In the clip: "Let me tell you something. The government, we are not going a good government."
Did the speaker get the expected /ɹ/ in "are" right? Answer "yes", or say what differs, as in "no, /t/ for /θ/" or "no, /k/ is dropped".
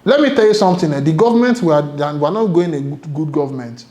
no, /w/ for /ɹ/